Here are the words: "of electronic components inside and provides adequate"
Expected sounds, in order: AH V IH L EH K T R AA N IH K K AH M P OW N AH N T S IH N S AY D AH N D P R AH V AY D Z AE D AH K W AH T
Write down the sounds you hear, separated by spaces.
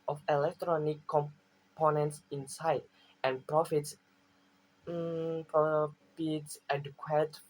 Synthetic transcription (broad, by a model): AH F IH L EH K T R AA N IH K K AH M P OW N AH N T S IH N S AY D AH N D P R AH F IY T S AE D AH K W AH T